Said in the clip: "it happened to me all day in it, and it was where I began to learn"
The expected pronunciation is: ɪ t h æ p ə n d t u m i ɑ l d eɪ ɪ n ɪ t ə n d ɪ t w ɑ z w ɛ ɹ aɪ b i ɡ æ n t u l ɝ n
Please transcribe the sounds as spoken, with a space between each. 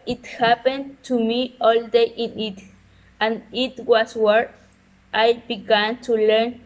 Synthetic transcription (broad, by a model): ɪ t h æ p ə n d t u m i ɑ l d eɪ ɪ n ɪ t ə n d ɪ t w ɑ s w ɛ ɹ aɪ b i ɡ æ n t u l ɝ n